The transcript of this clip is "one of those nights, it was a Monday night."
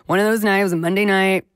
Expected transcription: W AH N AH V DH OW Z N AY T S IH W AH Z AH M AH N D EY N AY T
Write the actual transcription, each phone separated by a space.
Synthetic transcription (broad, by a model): W AH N AH V DH OW Z N AY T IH W AH Z AH M AH N D EY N AY T